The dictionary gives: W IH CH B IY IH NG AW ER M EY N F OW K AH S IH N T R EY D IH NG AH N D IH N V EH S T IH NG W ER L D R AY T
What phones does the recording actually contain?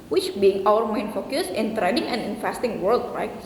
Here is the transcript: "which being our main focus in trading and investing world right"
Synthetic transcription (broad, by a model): W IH CH B IY IH NG AW ER M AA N F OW K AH S IH N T R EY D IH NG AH N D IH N F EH S T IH NG W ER L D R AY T